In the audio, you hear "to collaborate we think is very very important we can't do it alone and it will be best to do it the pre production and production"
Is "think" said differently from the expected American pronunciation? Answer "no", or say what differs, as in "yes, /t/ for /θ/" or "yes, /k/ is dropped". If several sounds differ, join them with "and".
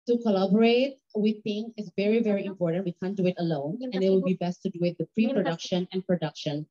yes, /k/ is dropped